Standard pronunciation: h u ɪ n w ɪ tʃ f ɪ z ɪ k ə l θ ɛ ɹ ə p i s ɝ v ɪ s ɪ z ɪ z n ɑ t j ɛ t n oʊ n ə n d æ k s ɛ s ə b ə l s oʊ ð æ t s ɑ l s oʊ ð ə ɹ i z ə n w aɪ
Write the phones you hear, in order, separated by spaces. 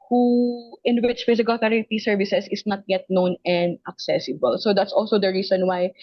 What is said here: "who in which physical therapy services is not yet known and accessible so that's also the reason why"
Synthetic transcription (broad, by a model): h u ɪ n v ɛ s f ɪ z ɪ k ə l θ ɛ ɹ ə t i s ɝ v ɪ s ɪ s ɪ s n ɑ t j ɛ t n oʊ n ə n d æ k s ɛ s ə b ə l s oʊ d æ t s ɑ l s oʊ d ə ɹ i s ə n w aɪ